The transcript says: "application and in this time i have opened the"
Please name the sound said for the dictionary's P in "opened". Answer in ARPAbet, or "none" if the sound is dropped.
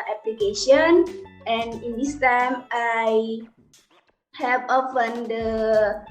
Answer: F